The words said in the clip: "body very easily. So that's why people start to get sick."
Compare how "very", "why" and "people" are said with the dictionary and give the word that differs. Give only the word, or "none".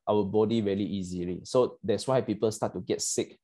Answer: very